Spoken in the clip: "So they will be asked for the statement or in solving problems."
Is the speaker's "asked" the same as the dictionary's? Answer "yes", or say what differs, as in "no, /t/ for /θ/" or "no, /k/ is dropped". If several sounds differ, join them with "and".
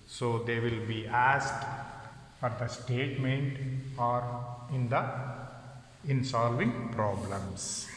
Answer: yes